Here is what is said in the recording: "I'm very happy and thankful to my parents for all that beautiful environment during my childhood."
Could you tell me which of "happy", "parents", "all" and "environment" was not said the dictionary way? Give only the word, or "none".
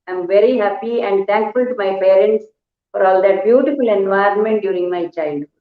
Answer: none